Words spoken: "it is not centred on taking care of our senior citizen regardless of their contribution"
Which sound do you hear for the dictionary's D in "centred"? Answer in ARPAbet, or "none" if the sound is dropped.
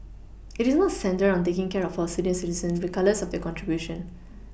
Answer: none